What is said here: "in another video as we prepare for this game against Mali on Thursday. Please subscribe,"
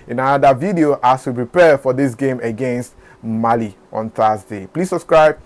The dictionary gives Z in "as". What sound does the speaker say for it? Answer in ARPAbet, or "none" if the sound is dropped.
S